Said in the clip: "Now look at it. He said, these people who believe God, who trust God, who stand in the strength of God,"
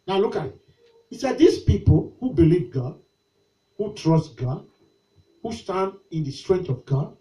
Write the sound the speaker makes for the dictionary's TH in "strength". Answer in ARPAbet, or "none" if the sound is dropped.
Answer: T